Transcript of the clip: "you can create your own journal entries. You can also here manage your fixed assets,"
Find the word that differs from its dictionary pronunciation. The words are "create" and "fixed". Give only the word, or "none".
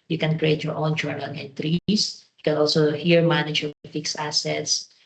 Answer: fixed